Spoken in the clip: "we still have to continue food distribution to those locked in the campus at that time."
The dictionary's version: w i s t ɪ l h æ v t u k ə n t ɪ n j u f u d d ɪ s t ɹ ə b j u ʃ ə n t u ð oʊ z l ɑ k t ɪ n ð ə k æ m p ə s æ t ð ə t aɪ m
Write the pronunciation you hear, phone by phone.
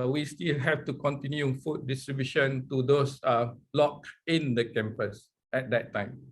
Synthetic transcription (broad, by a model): w i s t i l h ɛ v t u k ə n t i n j u f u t d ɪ s t ɹ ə b j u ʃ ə n t u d oʊ s l ɑ k ɪ n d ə k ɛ m p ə s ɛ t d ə t aɪ m